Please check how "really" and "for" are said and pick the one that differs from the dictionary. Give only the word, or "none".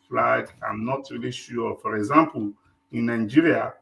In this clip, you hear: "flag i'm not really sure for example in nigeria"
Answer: none